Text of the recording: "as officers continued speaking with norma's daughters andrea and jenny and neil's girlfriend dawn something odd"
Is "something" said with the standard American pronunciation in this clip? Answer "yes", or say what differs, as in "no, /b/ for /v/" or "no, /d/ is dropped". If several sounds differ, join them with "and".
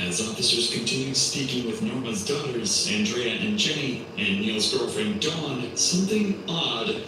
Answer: yes